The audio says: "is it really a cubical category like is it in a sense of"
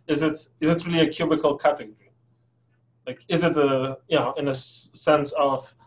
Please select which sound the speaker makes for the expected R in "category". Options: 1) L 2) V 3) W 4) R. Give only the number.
4